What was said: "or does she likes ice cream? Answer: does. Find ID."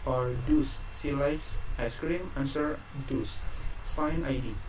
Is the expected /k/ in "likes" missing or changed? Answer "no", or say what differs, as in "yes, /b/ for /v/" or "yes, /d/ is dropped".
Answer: yes, /k/ is dropped